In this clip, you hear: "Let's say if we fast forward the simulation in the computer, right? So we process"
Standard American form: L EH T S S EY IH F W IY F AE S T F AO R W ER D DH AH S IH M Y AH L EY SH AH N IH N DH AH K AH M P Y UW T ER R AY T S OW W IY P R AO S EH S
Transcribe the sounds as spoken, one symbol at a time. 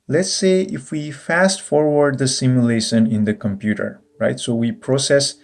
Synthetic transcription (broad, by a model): L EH T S S EY IH F W IY F AE S T F AO R W ER D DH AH S IH M Y AH L EY SH AH N IH N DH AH K AH M P Y UW T ER R AY T S OW W IY P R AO S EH S